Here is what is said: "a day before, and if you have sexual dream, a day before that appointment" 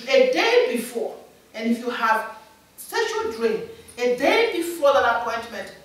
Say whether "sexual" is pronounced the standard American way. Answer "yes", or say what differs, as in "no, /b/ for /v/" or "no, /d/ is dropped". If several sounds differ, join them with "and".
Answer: no, /k/ is dropped